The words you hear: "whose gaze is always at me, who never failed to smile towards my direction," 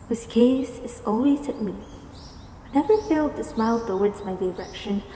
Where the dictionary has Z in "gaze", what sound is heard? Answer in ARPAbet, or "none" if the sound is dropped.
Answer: S